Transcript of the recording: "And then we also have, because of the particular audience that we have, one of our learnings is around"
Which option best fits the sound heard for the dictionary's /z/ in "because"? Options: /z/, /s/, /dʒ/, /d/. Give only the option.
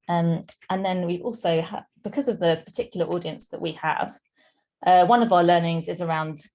/z/